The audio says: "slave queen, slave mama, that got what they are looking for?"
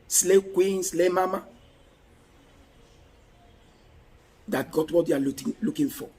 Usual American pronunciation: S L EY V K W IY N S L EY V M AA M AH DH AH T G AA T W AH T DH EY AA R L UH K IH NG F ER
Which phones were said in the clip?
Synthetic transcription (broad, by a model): S L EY K W IY N S L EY M AA M AH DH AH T G AA T W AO T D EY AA L L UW K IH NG F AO